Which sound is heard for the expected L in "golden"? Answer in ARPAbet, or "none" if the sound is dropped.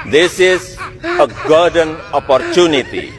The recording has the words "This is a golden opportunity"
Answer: none